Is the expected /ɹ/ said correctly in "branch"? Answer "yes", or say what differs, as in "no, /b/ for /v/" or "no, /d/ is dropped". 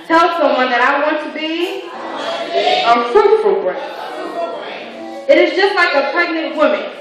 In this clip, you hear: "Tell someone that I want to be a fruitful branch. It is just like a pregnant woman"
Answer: no, /ɹ/ is dropped